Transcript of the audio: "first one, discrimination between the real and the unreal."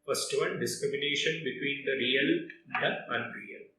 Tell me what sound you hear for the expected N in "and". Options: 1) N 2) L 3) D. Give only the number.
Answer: 2